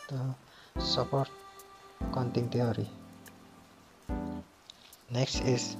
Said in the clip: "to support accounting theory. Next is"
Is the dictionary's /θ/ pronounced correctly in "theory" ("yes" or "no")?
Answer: no